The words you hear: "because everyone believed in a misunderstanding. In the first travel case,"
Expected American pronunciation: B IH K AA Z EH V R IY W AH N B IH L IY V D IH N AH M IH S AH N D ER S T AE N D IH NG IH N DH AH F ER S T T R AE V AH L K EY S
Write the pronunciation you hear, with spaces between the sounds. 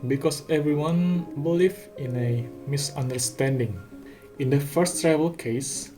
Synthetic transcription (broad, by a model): B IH K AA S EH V R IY W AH N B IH L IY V IH N AH M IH S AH N D ER S T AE N D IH NG IH N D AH F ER S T T R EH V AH L K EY S